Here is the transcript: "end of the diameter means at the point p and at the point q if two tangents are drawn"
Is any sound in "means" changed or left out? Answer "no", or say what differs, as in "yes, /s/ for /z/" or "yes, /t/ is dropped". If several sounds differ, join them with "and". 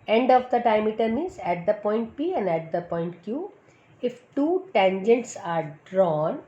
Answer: yes, /n/ is dropped